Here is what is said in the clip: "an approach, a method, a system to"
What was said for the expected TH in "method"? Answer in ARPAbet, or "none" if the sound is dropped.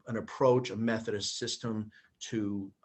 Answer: TH